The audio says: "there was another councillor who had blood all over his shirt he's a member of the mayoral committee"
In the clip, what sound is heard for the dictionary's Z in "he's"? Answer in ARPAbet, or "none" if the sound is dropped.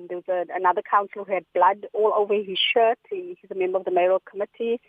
Z